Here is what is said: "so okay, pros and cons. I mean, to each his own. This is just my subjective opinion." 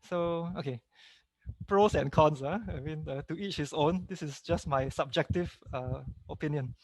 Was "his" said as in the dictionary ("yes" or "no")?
no